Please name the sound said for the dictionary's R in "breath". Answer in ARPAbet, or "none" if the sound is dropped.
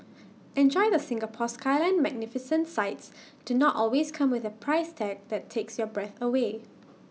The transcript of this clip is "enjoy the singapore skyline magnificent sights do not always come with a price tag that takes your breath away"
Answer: R